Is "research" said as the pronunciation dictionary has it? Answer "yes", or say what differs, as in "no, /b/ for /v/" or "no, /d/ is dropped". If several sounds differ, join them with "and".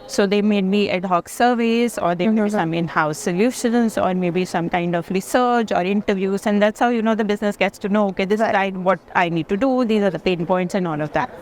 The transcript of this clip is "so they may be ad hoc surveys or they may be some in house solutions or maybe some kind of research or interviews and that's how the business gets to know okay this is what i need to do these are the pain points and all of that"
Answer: yes